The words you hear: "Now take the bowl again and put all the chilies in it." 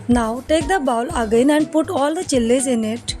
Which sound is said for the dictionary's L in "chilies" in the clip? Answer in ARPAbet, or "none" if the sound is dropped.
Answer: L